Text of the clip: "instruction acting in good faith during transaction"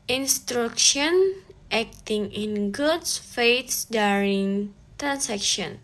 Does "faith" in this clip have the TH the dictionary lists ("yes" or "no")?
no